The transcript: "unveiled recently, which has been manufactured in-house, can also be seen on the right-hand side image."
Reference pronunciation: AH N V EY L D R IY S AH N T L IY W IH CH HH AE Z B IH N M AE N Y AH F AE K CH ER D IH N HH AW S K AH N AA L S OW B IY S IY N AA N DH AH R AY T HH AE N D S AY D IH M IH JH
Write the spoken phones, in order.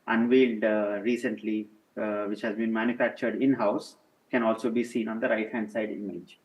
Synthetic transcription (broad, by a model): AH N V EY L D R IY S AH N T L IY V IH CH HH AE Z B IH N M AE N Y AH F AE K CH ER D IH N HH AW S K AH N AA L S OW B IY S IY N AA N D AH R AY T HH AE N D S AY D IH M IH JH